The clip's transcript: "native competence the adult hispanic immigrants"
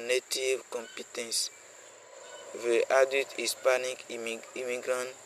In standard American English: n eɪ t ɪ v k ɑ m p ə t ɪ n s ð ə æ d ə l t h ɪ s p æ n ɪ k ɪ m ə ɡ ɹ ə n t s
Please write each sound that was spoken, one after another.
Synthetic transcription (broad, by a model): n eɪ t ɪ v k ɑ m p ə t ɪ n s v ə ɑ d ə t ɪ s p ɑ n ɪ k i m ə ɡ ɹ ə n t